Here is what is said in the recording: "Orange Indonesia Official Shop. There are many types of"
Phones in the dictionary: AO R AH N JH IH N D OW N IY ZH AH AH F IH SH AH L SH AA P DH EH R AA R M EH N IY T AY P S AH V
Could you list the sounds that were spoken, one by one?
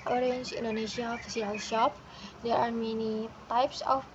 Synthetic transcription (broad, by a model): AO R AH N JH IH N D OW N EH SH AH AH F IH S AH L SH AA P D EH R AA R M EH N IY T AY P S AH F